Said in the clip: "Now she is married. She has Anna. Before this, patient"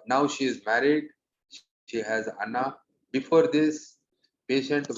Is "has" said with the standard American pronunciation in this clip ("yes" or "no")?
yes